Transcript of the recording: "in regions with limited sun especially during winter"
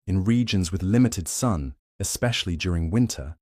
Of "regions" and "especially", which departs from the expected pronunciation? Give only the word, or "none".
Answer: none